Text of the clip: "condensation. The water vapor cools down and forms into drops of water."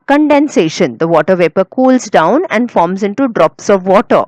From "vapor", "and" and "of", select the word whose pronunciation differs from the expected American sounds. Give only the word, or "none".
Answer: none